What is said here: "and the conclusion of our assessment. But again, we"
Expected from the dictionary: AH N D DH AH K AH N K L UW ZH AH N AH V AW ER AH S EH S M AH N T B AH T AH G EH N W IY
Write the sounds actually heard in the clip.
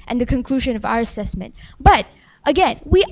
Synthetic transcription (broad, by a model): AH N DH AH K AH N K L UW ZH AH N AH V AW ER AH S EH S M AH N T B AH T AH G EH N W IY